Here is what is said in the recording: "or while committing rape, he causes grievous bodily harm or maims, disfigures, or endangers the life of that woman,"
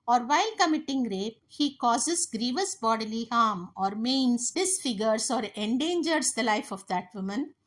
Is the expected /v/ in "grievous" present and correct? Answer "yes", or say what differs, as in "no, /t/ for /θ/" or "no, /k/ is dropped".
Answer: yes